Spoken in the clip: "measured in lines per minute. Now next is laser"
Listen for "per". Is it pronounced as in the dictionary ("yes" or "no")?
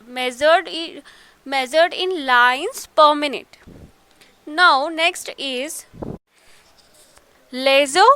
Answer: yes